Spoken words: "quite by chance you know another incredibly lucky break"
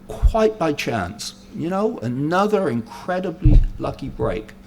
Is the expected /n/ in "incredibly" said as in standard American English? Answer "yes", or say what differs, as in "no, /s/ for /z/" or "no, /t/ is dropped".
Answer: yes